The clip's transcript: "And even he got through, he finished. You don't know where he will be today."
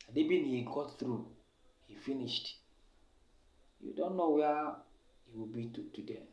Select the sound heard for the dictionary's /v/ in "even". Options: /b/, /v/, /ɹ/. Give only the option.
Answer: /b/